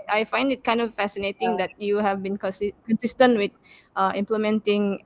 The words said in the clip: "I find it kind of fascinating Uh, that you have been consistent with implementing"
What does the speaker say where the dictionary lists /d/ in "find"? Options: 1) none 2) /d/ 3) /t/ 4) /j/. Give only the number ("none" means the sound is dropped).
2